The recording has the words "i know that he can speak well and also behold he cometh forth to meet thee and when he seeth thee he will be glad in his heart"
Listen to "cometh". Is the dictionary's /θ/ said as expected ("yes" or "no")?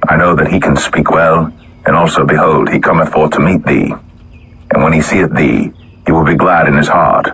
yes